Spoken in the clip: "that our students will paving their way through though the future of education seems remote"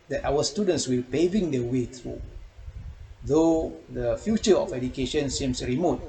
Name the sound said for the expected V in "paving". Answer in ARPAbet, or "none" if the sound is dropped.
V